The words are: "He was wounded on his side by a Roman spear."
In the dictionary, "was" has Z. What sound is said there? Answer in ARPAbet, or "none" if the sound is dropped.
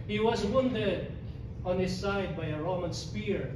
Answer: Z